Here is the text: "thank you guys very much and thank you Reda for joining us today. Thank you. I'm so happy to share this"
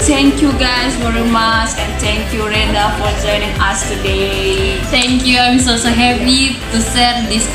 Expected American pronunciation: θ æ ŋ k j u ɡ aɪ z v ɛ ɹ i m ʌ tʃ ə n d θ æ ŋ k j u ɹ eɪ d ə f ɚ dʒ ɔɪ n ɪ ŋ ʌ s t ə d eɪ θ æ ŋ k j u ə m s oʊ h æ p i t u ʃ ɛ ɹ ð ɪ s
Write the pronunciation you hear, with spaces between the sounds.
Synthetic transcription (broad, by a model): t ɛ ŋ k j u ɡ aɪ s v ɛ ɹ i m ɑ tʃ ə n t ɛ ŋ k j u ɹ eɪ d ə f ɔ dʒ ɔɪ n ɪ ŋ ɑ s t ə d eɪ t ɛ ŋ k j u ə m s oʊ h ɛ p i t u s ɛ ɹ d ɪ s